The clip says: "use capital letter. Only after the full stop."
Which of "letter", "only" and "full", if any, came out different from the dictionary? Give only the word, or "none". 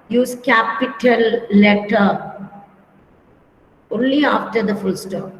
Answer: none